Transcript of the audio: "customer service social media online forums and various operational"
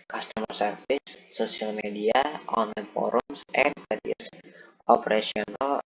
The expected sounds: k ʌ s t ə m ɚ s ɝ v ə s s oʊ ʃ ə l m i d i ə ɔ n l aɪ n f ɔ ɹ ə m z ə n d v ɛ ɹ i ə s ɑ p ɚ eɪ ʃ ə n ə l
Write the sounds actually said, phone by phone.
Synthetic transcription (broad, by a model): k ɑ s t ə m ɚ s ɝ f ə s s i ə l m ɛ d i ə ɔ n l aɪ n f ɔ ɹ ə m s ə n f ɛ ɹ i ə s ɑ p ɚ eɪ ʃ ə n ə l